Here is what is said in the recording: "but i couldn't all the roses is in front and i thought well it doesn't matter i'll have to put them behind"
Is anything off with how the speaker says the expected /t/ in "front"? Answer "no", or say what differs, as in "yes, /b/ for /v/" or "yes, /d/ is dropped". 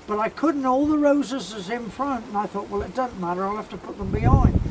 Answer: no